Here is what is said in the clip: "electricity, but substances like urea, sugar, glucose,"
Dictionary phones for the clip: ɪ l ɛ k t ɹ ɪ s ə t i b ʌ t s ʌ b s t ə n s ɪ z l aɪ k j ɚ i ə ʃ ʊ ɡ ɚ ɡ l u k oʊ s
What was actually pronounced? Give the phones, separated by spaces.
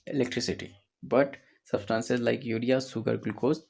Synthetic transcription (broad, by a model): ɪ l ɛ k t ɹ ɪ s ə t i b ʌ t s ʌ b s t ə n s ɪ z l aɪ k j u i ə s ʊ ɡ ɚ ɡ l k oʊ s